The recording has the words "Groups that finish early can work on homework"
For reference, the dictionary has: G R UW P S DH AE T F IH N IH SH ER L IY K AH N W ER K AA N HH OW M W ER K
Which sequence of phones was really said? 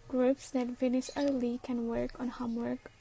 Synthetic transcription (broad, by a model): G R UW P S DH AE T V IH N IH S ER L IY K AH N W ER K AA N HH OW M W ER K